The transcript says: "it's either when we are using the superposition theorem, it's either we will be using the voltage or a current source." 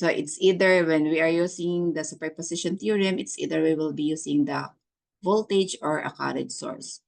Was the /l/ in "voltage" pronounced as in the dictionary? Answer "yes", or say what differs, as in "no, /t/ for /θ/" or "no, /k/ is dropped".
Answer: yes